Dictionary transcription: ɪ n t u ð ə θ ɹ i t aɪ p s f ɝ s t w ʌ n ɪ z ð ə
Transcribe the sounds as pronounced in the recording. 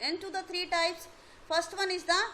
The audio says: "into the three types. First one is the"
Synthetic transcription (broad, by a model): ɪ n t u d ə t ɹ i t aɪ p s f ɝ s t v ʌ n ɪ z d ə